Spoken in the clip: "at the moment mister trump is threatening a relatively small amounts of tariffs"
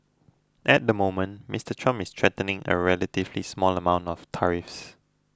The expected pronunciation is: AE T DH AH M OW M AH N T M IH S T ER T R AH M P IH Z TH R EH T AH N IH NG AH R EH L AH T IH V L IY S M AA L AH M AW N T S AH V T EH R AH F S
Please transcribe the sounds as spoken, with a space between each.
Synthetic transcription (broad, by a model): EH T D AH M OW M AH N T M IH S T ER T R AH M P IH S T R EH T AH N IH NG AH R EH L AH T IH V L IY S M AA L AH M AW N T AH F T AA R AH F S